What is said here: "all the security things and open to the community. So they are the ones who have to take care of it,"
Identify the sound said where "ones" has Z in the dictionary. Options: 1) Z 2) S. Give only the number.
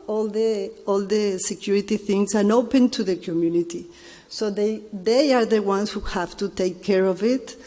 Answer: 2